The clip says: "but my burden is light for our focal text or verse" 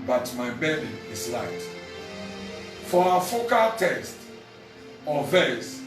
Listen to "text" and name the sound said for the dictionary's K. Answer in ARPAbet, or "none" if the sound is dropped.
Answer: none